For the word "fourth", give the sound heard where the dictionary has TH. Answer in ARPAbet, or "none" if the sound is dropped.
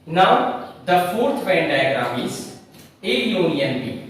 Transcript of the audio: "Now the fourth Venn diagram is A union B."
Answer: T